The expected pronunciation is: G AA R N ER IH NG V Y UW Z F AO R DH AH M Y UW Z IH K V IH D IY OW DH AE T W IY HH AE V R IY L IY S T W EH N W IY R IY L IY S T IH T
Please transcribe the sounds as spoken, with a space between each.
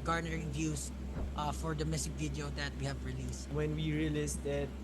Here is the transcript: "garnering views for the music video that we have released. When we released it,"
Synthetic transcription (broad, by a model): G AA R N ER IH NG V Y UW S F AO R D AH M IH S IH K V IH D IY OW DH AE T W IY HH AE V R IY L IY S W EH N W IY R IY L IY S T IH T